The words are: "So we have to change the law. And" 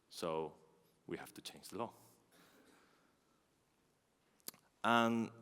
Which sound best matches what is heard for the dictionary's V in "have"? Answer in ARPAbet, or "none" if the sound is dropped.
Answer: F